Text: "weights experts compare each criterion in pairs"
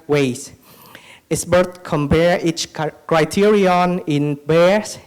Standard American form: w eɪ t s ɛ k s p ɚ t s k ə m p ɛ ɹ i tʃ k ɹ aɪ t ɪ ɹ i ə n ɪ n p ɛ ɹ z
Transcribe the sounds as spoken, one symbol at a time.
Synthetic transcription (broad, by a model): w eɪ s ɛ s b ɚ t k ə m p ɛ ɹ i tʃ k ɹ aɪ t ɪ ɹ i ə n ɪ n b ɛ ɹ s